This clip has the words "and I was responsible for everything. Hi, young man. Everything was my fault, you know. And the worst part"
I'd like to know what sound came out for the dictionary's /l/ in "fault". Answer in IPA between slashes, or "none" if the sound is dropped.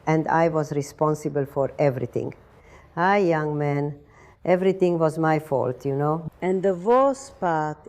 /l/